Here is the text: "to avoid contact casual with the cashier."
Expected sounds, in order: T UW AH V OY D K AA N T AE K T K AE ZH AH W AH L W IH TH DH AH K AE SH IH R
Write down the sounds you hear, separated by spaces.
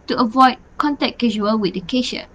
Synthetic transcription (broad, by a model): T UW AH V OY D K AA N T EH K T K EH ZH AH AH L W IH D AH K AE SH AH